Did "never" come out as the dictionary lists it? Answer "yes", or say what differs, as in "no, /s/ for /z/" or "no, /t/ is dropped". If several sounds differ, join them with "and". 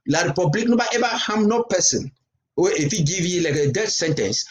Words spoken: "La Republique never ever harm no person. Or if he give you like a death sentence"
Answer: no, /b/ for /v/